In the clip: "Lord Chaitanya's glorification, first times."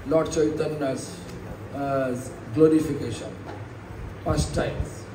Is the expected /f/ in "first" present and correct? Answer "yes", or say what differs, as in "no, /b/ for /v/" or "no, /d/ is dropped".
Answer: no, /p/ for /f/